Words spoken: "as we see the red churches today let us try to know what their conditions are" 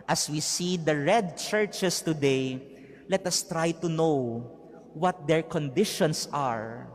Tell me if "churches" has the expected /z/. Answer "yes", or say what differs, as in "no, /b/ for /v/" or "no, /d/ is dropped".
no, /s/ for /z/